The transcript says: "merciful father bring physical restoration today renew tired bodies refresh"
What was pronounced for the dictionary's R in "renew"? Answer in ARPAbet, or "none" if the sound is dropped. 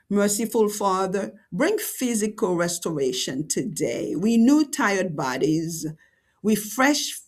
W